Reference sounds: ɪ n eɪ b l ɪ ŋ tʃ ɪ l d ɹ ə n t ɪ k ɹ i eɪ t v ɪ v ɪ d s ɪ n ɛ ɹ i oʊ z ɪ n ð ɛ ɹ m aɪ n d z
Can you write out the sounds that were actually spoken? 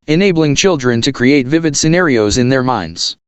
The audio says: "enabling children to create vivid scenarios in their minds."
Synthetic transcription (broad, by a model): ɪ n eɪ b l ɪ ŋ tʃ ɪ l d ɹ ə n t ɪ k ɹ i eɪ t v ɪ v ɪ d s ɪ n ɛ ɹ i oʊ z ɪ n ð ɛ ɹ m aɪ n d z